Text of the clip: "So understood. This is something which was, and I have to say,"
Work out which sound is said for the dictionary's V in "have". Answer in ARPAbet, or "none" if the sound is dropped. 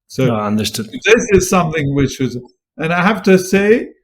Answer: F